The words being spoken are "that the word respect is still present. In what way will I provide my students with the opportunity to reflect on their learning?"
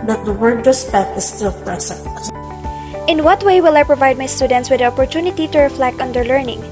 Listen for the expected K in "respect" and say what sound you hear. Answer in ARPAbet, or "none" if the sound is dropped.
none